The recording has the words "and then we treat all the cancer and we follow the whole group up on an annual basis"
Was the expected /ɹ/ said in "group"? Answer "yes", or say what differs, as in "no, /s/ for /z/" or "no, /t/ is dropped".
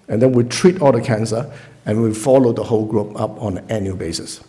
yes